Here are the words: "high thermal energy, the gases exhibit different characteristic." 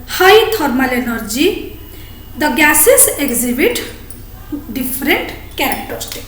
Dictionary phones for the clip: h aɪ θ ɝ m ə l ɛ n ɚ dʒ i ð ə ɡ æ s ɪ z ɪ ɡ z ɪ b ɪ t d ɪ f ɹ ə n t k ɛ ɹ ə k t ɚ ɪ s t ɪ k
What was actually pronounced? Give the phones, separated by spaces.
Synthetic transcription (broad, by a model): h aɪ t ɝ m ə l ɛ n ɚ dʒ i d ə ɡ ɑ s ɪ s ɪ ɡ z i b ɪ t d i p ɹ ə n t k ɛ ɹ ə k t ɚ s t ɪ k